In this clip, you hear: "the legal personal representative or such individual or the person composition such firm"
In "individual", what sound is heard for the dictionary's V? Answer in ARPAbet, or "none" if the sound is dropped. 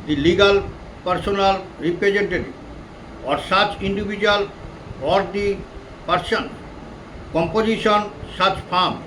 B